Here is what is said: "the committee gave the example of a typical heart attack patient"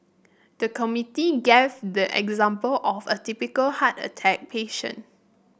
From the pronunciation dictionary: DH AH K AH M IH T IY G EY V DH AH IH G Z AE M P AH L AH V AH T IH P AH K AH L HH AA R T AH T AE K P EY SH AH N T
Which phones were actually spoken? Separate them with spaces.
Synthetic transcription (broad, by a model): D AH K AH M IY T IY G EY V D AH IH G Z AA M P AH L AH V AH T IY P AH K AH L HH AA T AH T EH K P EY SH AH N